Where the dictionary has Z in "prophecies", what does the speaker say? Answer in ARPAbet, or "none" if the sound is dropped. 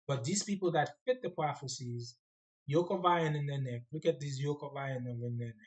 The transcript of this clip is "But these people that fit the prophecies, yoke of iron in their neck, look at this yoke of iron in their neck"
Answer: Z